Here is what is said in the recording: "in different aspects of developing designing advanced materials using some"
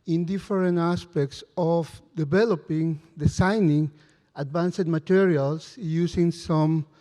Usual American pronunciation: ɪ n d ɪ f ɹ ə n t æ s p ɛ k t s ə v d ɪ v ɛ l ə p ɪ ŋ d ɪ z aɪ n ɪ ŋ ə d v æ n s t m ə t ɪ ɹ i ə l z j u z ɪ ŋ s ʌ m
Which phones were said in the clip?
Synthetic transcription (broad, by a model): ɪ n d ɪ f ɹ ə n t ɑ s p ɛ k t s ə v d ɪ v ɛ l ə p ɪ ŋ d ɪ s aɪ n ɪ ŋ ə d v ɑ n s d m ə t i ɹ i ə l s j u s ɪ ŋ s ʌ m